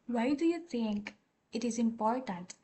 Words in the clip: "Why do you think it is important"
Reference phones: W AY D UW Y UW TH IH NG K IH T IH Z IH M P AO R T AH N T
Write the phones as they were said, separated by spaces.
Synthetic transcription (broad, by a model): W AY D UW Y UW T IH NG K IH T IH Z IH M P AO R T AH N T